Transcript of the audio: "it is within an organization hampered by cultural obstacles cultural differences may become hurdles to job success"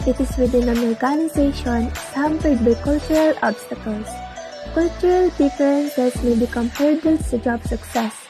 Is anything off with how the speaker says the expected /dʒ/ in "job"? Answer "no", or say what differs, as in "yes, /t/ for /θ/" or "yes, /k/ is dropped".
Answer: no